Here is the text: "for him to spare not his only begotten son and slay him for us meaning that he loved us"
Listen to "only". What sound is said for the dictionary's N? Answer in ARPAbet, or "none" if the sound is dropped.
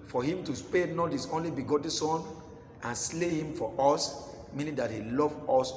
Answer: N